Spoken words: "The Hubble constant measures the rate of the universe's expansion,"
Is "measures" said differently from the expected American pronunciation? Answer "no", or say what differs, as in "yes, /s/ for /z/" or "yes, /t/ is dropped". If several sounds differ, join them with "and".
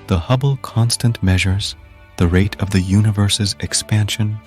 no